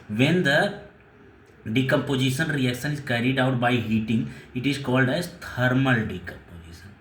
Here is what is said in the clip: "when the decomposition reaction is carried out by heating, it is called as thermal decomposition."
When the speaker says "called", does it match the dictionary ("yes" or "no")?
yes